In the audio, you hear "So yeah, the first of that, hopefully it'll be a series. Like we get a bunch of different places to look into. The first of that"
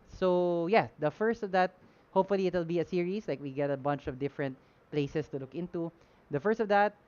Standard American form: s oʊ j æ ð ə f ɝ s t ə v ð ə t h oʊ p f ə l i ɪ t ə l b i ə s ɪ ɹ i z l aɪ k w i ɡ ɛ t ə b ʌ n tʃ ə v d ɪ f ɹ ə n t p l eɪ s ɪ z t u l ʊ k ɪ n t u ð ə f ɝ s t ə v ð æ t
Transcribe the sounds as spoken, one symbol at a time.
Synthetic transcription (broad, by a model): s oʊ j æ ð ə f ɝ s t ə v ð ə t h oʊ p f ə l i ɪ t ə l b i ə s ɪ ɹ i s l aɪ k w i ɡ ɛ t ə b ʌ n tʃ ə v d ɪ f ɹ ə n t p l eɪ s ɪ s t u l ʊ k ɪ n t u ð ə f ɝ s t ə v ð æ t